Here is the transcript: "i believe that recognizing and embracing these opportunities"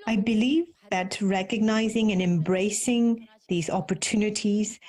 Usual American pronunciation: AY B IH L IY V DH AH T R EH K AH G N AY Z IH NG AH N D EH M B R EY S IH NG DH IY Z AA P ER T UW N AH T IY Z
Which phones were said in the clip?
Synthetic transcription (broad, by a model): AY B IH L IY V DH AH T R EH K AH G N AY Z IH NG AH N EH M B R EY S IH NG DH IY Z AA P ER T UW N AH T IY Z